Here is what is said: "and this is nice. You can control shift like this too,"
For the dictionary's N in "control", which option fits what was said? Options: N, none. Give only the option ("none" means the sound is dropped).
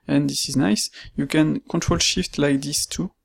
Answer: N